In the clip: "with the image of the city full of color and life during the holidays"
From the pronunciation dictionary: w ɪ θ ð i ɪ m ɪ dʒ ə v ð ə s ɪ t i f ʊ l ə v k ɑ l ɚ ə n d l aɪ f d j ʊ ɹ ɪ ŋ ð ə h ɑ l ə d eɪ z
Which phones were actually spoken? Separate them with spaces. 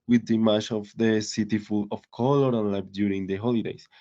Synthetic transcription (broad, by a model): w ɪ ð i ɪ m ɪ tʃ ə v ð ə s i t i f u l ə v k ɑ l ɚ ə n l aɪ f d j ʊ ɹ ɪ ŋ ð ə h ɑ l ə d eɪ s